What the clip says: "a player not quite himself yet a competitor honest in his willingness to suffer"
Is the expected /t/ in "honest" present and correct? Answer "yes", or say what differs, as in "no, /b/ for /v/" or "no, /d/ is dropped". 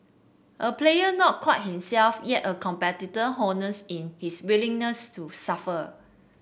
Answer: no, /t/ is dropped